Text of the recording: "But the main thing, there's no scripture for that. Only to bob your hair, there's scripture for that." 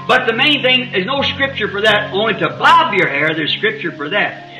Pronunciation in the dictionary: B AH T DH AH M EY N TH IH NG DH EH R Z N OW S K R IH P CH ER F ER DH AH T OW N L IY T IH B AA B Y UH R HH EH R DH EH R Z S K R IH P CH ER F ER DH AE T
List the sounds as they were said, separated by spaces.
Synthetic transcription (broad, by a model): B AH T DH AH M EY N TH IH NG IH Z N OW S K R IH P CH ER F ER DH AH T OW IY T IH B AA B Y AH R HH EH R DH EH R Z S K R IH P CH ER F ER DH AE T